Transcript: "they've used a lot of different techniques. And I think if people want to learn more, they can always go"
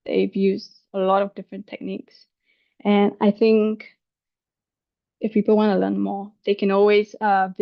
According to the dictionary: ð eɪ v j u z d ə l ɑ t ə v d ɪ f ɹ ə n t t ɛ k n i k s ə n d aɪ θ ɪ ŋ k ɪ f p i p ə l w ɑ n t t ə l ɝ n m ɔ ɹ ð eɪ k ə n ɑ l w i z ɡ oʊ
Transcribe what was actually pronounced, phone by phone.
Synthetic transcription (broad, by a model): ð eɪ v j u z ə l ɑ t ə v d ɪ f ɹ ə n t t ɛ k n i k s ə n aɪ θ ɪ ŋ k ɪ f p i p l w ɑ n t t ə l ɝ n m ɔ ɹ ð eɪ k ə n ɑ l w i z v